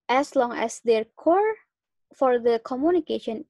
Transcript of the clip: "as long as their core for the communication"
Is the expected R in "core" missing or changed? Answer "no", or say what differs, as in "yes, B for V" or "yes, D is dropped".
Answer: no